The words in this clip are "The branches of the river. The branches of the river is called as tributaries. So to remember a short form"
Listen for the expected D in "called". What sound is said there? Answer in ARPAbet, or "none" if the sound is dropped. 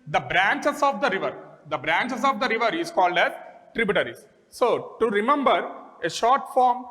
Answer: D